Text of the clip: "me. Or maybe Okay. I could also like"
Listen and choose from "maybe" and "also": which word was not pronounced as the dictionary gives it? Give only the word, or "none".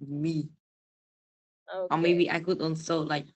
also